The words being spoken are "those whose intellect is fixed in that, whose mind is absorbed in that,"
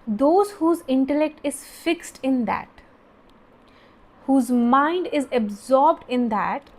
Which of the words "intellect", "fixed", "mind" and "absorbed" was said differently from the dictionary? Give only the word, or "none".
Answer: none